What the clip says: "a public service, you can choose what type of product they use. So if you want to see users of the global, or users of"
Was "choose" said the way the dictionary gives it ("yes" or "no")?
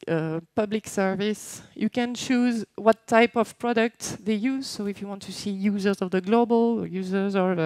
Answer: yes